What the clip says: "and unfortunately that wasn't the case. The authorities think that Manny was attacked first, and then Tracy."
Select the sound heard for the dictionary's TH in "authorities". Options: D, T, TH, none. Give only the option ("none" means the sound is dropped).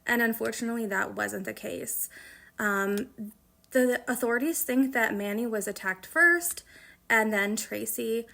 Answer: TH